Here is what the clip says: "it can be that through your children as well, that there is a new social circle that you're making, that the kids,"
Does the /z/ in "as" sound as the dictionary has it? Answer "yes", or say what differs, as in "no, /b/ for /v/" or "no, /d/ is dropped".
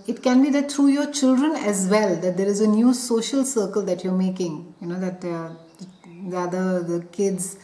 yes